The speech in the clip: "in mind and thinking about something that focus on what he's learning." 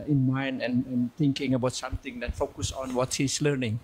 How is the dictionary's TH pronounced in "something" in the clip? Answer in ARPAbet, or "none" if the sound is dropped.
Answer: T